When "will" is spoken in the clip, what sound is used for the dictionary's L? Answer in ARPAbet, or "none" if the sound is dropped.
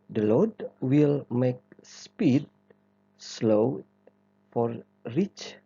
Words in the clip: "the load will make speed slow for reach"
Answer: L